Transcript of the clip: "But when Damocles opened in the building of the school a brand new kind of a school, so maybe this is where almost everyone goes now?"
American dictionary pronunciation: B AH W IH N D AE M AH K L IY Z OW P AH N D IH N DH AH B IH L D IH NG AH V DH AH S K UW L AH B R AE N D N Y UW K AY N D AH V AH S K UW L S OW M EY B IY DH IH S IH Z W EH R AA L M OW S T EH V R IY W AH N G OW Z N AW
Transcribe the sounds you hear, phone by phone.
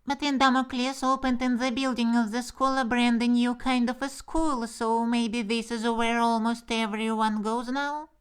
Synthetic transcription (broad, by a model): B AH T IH N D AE M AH K L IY S OW P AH N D IH N DH AH B IH L D IH NG AH V DH AH S K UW L AH B R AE N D N Y UW K AY N D AH V AH S K UW L S OW M EY B IY DH IH S IH Z W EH R AA L M OW S T EH V R IY W AH N G OW Z N AW